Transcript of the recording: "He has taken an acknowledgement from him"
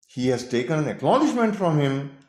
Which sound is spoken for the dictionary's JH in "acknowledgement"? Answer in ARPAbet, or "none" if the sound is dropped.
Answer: SH